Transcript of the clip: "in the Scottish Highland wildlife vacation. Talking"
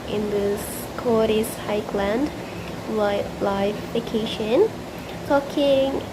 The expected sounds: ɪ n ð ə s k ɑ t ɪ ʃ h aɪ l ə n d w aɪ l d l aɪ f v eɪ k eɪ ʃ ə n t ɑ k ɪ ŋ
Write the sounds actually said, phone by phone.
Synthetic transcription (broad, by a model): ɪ n ð ə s k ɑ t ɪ s h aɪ l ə n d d l aɪ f f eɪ k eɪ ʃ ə n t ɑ k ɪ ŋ